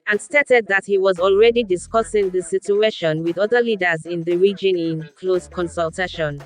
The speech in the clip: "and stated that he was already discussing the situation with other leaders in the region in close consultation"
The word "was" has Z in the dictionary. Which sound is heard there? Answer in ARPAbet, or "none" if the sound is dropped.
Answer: Z